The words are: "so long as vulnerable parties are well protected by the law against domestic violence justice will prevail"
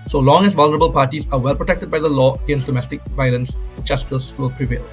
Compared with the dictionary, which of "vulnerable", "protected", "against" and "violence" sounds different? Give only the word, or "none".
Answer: none